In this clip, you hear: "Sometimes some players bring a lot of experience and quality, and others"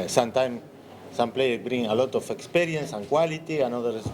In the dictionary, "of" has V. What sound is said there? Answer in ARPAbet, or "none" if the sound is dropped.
F